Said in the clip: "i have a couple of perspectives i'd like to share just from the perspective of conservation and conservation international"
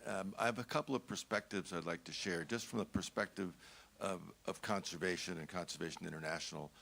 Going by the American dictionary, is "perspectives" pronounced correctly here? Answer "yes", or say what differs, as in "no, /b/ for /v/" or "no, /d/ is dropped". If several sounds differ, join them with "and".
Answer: yes